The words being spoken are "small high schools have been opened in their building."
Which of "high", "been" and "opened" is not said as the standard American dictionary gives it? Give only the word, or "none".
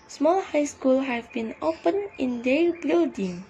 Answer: opened